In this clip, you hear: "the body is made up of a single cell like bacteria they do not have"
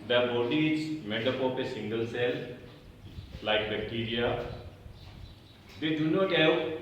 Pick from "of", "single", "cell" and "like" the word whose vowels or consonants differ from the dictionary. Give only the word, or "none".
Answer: of